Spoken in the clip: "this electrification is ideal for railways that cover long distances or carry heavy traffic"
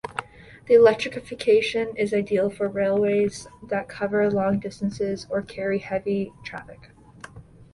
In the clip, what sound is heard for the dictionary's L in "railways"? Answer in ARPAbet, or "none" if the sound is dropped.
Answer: L